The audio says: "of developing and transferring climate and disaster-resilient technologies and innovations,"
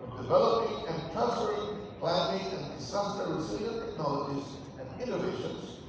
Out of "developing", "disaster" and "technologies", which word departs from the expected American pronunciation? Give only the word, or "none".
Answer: disaster